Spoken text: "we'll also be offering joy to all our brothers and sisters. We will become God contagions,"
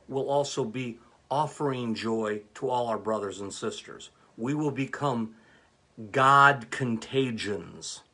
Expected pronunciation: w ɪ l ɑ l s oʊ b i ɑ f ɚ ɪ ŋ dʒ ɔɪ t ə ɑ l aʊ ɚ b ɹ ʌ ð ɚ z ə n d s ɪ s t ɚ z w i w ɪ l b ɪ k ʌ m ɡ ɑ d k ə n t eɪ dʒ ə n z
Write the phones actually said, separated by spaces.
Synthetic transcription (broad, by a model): w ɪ l ɑ l s oʊ b i ɑ f ɚ ɪ ŋ dʒ ɔɪ t ə ɑ l aʊ ɚ b ɹ ʌ ð ɚ z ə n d s ɪ s t ɚ z w i w ɪ l b ɪ k ʌ m ɡ ɑ d k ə n t eɪ dʒ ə n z